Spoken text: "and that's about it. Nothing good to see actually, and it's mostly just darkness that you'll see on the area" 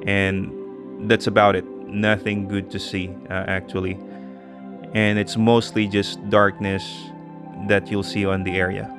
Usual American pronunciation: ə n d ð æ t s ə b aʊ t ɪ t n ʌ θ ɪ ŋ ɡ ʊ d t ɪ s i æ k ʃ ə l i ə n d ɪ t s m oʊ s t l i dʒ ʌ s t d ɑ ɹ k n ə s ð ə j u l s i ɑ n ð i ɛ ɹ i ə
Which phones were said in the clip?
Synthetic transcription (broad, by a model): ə n ð æ t s ə b aʊ t ɪ t n ʌ θ ɪ ŋ ɡ ʊ d t ɪ s i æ k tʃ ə l i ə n ɪ t s m oʊ s t l i dʒ ʌ s d ɑ ɹ k n ə s ð ə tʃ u l s i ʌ n ð i ɛ ɹ i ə